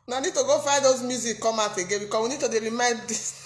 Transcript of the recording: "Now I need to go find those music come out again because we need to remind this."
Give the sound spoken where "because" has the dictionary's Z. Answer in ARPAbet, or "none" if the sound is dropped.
S